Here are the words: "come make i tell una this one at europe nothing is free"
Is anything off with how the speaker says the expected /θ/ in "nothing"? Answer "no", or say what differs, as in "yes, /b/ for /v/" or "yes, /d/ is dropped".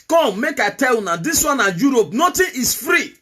yes, /t/ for /θ/